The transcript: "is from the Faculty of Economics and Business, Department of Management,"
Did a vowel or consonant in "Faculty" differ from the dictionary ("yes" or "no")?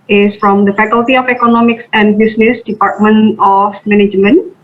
no